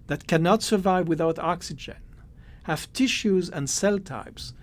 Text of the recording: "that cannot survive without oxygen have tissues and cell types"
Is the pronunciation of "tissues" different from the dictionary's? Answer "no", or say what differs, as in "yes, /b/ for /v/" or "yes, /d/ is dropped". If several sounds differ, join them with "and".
no